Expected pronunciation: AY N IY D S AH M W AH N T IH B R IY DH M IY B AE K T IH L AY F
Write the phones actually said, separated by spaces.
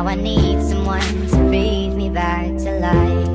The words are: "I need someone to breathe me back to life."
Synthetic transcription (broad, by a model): AY N IY D S AH M W AH N T IH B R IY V M IY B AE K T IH L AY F